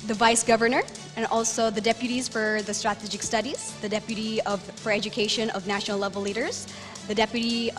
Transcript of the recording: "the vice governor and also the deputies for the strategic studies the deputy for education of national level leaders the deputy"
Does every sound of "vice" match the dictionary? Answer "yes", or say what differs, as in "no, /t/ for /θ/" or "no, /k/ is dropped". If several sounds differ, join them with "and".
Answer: yes